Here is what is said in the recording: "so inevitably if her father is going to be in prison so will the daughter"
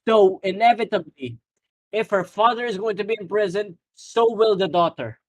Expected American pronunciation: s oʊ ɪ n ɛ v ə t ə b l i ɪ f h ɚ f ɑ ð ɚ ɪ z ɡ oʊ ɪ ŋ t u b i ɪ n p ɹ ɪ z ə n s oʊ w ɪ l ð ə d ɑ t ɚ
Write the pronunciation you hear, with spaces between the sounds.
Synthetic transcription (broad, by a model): s oʊ ɪ n ɛ v ə t ə b l i ɪ f h ɚ f ɑ ð ɚ ɪ z ɡ oʊ ɪ ŋ t u b i ɪ n p ɹ ɪ z ə n s oʊ w ɪ l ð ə d ɑ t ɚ